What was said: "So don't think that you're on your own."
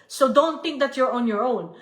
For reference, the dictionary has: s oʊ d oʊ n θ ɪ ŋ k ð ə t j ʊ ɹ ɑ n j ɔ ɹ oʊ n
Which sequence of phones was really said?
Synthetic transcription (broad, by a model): s oʊ d oʊ n t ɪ ŋ k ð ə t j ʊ ɹ ɑ n j ɔ ɹ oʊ n